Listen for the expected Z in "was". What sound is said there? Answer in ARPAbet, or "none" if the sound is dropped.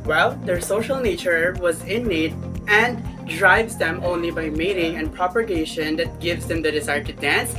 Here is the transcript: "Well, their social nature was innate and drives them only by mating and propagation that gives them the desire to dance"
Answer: Z